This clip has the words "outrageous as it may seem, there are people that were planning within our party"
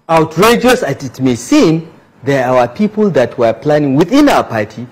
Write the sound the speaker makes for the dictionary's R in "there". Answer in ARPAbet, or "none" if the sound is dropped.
W